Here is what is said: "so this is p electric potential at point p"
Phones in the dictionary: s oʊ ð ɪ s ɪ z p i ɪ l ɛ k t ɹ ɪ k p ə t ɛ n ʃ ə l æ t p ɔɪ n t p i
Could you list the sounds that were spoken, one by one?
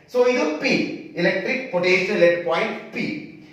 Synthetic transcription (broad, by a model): s oʊ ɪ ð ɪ p i ɪ l ɛ k t ɹ ɪ k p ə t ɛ ʃ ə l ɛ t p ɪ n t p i